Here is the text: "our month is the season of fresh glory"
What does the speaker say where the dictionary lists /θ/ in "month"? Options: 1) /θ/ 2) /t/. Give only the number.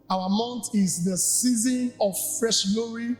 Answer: 2